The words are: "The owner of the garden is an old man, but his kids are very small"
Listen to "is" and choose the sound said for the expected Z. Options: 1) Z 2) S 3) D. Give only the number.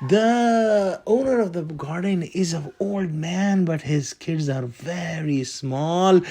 1